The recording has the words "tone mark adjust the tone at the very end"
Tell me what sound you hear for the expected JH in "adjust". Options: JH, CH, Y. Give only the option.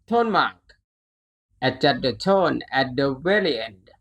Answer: CH